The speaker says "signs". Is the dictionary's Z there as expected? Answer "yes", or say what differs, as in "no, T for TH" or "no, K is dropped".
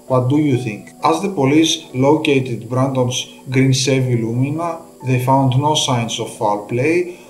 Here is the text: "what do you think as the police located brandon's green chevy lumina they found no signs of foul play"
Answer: no, S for Z